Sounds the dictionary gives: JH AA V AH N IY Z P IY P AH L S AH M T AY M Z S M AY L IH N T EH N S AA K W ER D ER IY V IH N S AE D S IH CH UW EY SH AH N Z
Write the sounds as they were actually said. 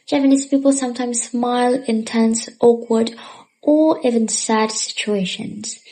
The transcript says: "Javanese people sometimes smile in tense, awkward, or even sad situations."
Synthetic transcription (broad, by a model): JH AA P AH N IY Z P IY P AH L S AH M T AY M Z S M AY L IH N T EH N S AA K W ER D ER IY V IH N S AE D S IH CH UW EY SH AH N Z